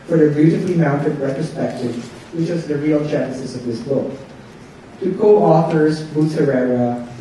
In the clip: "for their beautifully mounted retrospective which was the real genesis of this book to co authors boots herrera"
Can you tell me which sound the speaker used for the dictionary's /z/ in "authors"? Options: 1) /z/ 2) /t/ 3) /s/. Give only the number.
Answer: 1